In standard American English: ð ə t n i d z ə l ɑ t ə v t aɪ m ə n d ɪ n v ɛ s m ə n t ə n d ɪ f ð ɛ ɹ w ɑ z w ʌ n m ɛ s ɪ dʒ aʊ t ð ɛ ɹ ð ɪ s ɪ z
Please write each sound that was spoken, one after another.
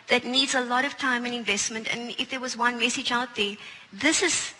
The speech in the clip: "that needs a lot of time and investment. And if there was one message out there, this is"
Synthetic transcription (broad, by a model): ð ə t n i d z ə l ɑ t ə v t aɪ m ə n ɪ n v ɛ s m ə n t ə n ɪ f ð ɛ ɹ w ɑ z w ʌ n m ɛ s ɪ dʒ aʊ t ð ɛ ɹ ð ɪ s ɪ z